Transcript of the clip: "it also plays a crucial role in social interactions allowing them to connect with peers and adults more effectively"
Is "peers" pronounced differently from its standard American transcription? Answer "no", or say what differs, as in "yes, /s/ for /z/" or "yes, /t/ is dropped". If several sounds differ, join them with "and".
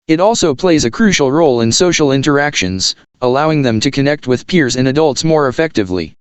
no